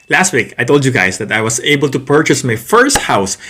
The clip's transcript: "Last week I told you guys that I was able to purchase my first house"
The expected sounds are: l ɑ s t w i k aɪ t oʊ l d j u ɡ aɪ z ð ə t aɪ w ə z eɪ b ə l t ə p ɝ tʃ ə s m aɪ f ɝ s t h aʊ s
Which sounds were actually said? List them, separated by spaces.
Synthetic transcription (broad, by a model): l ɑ s t w i k aɪ t oʊ l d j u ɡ aɪ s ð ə t aɪ w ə s eɪ b ə l t ə p ɝ tʃ ə s m aɪ f ɝ s t h aʊ s